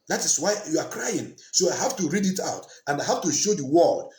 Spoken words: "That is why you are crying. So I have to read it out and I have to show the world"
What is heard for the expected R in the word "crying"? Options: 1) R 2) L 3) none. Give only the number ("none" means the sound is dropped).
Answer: 1